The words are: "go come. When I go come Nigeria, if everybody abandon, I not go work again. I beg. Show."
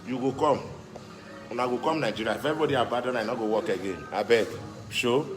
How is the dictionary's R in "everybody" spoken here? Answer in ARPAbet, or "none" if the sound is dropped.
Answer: none